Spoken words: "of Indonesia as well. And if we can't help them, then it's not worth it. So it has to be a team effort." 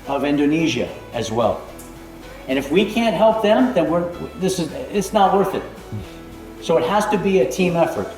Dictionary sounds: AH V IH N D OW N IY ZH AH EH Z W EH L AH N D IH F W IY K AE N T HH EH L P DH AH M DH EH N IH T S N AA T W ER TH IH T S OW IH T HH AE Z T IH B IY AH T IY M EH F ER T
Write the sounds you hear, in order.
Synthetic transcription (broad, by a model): AH V IH N D OW N IY ZH AH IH Z W EH L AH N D IH F W IY K AE N T HH EH L P DH AH M DH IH N IH T S N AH T W ER TH IH T S OW IH T HH AE Z T IH B IY AH T IY M EH F ER T